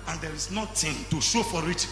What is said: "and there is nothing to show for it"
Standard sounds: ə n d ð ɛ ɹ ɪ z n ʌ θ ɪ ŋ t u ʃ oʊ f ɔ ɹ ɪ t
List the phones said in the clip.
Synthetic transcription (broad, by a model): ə n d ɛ ɹ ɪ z n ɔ t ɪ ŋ t u ʃ oʊ f ɔ ɹ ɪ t